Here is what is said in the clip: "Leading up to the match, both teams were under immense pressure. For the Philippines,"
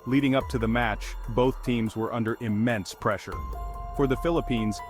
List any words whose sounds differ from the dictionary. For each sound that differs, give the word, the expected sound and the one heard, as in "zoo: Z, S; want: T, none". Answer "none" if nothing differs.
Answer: none